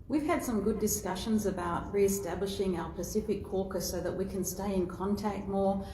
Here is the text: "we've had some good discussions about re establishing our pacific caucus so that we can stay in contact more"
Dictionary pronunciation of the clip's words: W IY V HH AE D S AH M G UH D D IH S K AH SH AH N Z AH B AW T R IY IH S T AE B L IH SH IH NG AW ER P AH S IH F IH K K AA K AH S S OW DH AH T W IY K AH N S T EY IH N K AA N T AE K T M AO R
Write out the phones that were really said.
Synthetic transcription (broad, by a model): W IY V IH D S AH M G UH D D IH S K AH SH AH N Z AH B AW T R IY IH S T AE B L IH SH IH NG AW ER P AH S IH F IH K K AA K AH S S OW DH AH T W IY K AH N S T EY IH N K AA N T AE K T M AO R